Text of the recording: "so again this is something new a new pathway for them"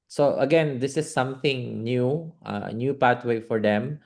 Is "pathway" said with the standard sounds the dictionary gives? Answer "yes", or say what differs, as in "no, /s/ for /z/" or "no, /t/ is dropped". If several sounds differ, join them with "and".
no, /t/ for /θ/